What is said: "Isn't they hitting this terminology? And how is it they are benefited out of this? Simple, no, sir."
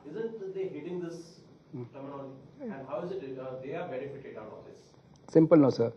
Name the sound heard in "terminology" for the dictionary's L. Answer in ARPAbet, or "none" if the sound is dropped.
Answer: N